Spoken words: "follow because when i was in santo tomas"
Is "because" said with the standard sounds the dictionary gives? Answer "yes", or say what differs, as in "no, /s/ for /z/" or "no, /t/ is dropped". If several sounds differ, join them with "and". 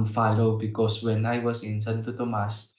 no, /s/ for /z/